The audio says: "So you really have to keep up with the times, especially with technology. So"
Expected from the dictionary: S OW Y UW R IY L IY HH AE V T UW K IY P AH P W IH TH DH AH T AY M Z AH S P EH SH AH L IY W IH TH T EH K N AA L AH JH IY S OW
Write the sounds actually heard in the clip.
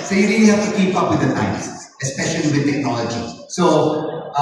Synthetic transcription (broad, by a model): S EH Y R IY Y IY HH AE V T UW K IY P AH P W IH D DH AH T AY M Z AH S P EH SH AH L IY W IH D T EH K N AA L AH JH IY S OW